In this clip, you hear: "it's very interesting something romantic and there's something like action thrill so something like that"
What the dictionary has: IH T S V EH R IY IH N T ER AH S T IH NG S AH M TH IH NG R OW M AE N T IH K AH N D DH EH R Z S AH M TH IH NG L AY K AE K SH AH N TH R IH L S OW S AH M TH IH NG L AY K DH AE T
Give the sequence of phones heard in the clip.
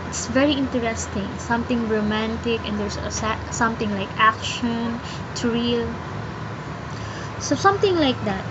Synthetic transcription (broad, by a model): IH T S V EH R IY IH N T ER AH S T IH NG S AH M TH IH NG R OW M AE N T IH K AH N D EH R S S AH M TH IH NG L AY K AE K SH AH N T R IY L S OW S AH M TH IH NG L AY K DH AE T